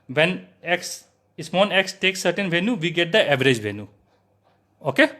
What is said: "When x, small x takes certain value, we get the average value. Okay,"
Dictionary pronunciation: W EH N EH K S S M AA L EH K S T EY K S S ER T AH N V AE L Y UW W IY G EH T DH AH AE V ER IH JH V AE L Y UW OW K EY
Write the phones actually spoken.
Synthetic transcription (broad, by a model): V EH N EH K S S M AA N EH K S T EY K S S ER T AH N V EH N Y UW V IY G EH T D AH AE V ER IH JH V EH N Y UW OW K EY